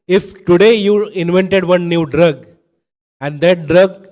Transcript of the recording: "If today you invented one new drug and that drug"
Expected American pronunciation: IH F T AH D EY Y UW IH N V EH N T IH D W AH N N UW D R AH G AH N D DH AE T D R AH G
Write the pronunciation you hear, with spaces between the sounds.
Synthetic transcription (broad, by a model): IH F T AH D EY Y UW IH N V EH N T IH D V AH N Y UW D R AH G AH N D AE T D R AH G